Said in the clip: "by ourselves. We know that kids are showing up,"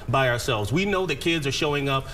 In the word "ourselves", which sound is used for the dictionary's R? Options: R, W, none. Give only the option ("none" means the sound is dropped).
R